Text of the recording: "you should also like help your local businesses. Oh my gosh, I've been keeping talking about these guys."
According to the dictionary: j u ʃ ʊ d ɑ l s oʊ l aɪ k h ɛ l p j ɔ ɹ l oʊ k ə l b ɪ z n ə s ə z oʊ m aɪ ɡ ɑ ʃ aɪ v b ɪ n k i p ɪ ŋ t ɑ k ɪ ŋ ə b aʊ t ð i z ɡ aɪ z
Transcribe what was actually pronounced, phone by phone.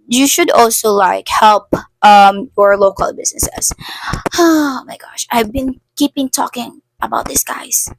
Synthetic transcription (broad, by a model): j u ʃ ʊ d ɑ l s oʊ l aɪ k h ɛ l p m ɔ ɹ l oʊ k ə l b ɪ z n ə s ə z oʊ m aɪ ɡ ɑ ʃ aɪ v b ɪ n k i p ɪ ŋ t ɑ k ɪ ŋ ə b aʊ t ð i s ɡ aɪ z